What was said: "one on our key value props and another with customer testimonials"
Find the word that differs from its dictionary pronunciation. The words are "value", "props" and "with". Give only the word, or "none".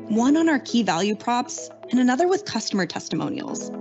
none